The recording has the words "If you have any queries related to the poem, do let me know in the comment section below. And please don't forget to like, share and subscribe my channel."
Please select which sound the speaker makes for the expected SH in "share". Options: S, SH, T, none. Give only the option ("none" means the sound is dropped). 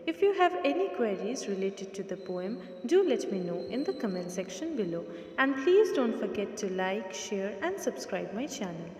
SH